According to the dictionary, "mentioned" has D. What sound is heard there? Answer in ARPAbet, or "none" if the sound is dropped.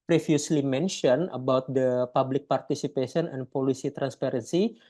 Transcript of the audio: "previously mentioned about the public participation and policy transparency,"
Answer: none